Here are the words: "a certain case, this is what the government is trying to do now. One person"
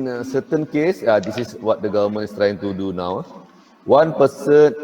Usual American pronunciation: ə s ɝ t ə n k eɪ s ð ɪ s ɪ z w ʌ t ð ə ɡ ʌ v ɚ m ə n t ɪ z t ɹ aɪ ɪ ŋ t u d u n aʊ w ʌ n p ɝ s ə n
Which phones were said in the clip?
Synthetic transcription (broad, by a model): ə s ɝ t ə n k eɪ s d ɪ s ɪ s w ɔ t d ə ɡ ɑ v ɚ m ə n ɪ s t ɹ aɪ ɪ ŋ t u d u n aʊ w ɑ n p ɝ s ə n